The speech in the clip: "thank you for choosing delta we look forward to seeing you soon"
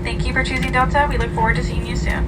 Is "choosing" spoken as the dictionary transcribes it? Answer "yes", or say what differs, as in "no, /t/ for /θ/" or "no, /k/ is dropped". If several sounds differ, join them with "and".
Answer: yes